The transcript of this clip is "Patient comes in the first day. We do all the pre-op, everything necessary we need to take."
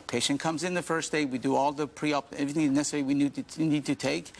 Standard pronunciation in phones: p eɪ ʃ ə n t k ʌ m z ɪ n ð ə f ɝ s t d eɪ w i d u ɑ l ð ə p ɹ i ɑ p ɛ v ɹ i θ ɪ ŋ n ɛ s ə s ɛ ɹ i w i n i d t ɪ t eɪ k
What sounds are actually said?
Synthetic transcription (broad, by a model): p eɪ ʃ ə n k ʌ m z ɪ n ð ə f ɝ s d eɪ w i d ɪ ɑ l ð ə p ɹ i ɑ p ɛ v ɹ i θ ɪ ŋ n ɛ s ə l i w i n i n i d t ɪ t eɪ k